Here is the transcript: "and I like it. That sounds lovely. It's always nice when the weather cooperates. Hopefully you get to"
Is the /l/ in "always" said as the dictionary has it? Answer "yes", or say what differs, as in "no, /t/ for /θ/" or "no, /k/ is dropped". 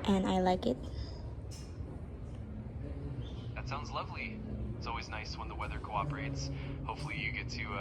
yes